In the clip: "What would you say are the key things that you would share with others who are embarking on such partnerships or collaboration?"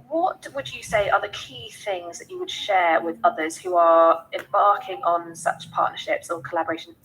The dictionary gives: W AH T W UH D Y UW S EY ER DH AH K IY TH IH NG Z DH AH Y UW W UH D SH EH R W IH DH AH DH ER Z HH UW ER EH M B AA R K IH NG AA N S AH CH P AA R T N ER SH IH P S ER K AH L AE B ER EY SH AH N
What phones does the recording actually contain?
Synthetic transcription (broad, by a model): W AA T W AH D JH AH S EY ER DH AH K IY TH IH NG Z DH AH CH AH W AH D SH EH R W IH DH AH DH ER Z HH UW ER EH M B AA K IH NG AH N S AH CH P AA T N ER SH IH P S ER K AH L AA B ER EY SH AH N